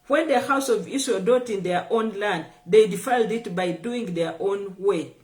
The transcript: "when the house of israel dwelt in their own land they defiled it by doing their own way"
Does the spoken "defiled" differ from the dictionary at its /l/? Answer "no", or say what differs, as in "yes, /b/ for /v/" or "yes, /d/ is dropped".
no